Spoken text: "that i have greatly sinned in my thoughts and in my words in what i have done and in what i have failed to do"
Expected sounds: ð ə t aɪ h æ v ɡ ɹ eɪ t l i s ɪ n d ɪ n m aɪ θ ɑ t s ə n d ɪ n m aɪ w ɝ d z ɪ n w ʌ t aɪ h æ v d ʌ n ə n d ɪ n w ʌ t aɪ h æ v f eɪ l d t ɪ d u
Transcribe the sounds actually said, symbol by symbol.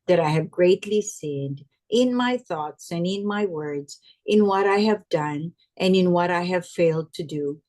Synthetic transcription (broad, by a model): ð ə t aɪ h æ v ɡ ɹ eɪ t l i s ɪ n d ɪ n m aɪ θ ɑ t s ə n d ɪ n m aɪ w ɝ d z ɪ n w ʌ t aɪ h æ v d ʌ n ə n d ɪ n w ʌ t aɪ h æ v f eɪ l d t ɪ d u